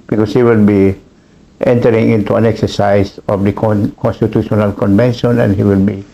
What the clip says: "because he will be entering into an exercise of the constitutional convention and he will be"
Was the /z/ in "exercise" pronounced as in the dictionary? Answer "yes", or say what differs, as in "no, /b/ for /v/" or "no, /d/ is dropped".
no, /s/ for /z/